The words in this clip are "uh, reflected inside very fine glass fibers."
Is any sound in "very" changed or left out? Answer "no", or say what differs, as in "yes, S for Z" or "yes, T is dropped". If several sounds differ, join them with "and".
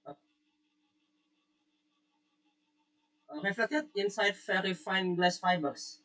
yes, F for V